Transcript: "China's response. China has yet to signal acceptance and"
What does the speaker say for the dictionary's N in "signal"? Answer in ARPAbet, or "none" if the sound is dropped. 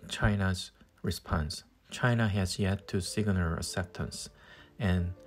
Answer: L